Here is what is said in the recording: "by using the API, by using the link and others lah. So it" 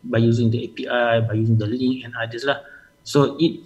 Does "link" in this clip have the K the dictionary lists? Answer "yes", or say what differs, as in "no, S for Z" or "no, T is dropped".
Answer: no, K is dropped